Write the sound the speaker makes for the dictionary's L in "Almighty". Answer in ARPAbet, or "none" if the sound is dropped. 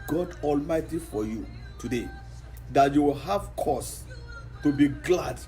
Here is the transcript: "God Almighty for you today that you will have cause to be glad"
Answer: L